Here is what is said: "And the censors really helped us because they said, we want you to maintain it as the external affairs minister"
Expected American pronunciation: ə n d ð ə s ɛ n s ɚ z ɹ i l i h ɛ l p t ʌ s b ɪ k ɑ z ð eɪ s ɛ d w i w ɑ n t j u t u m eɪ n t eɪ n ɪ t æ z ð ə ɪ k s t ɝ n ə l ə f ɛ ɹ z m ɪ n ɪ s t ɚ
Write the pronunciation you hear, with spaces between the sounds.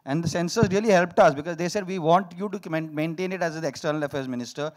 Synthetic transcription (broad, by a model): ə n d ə s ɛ n s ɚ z ɹ i l i h ɛ l p t ʌ s b ɪ k ɑ z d eɪ s ɛ d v i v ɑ n t j u t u m eɪ n t eɪ n ɪ t æ z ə k s t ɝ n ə l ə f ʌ ɹ s m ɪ n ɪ s t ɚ